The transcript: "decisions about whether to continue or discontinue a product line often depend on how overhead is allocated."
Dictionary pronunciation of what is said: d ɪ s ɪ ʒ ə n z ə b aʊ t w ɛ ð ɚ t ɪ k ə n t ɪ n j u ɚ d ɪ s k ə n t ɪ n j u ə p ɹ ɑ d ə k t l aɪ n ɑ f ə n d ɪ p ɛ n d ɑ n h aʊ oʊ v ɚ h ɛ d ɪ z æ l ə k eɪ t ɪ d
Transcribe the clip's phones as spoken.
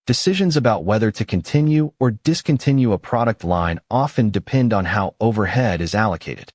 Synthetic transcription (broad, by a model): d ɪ s ɪ ʒ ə n z ə b aʊ t w ɛ ð ɚ t ɪ k ə n t ɪ n j u ɚ d ɪ s k ə n t ɪ n j u ə p ɹ ɑ d ə k t l aɪ n ɑ f ə n d ɪ p ɛ n d n h aʊ oʊ v ɚ h ɛ d ɪ z æ l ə k eɪ t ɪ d